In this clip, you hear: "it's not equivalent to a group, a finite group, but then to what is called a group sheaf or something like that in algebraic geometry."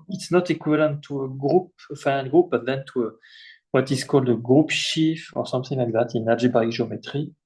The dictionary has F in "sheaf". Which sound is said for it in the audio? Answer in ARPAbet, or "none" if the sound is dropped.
F